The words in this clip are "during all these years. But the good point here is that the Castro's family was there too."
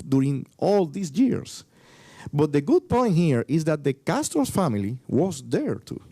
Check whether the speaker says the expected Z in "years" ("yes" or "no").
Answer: no